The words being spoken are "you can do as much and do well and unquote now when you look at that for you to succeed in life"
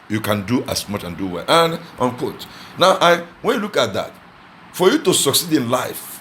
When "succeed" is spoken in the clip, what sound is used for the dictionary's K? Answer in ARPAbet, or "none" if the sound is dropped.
K